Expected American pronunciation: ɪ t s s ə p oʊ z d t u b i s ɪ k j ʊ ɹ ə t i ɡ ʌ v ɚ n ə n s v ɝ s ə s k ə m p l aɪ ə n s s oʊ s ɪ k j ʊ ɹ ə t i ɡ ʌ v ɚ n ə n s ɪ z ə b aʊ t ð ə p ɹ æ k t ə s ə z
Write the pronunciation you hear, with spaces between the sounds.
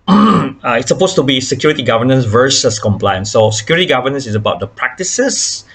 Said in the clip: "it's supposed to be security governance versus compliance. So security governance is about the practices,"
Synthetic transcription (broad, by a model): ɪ t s s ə p oʊ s t u b i s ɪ k j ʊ ɹ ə t i ɡ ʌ v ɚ n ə n s v ɝ s ə s k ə m p l aɪ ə n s s oʊ s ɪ k j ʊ ɹ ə t i ɡ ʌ v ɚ n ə n s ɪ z ə b aʊ t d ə p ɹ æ k t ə s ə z